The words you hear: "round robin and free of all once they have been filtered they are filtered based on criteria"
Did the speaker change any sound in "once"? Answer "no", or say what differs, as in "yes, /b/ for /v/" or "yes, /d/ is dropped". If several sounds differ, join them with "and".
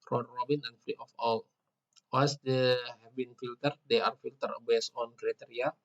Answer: yes, /n/ is dropped